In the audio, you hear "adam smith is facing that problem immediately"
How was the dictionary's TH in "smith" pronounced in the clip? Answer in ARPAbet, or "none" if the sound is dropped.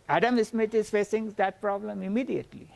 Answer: T